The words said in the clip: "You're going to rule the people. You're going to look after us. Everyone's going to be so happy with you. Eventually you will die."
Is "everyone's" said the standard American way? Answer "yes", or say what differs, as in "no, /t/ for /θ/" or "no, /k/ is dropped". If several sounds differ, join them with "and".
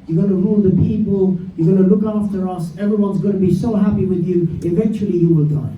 yes